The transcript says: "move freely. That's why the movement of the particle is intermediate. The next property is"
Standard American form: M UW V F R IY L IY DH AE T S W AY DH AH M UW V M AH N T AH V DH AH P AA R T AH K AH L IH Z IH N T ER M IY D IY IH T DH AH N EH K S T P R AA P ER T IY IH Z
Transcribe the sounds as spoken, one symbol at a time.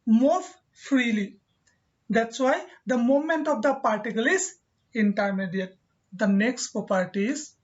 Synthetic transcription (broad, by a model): M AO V F R IY L IY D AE T S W AY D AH M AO M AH N T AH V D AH P AA R T AH K AH L IH Z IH N T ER M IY D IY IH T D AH N EH K S T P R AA P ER T IY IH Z